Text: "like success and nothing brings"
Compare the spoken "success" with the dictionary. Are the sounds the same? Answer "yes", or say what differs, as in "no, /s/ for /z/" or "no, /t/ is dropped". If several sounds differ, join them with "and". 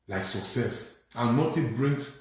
yes